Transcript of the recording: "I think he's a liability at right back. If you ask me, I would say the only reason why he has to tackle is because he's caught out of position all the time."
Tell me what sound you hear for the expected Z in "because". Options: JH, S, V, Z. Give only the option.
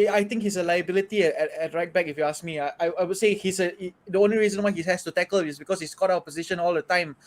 S